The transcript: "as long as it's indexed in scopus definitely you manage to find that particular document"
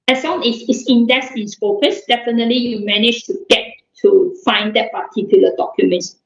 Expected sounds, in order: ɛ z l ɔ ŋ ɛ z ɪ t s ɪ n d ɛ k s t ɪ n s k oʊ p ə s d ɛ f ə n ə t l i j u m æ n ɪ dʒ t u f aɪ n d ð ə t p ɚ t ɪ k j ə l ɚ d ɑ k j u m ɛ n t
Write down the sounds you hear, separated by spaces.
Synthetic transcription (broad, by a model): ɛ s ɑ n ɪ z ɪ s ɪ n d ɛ s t ɪ n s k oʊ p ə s d ɛ f ə n ə t l i j u m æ n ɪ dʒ t u f aɪ n d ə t p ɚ t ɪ k j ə l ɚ d ɑ k j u m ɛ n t